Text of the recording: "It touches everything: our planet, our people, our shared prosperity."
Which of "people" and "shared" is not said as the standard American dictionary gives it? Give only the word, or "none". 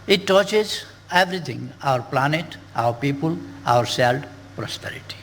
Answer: shared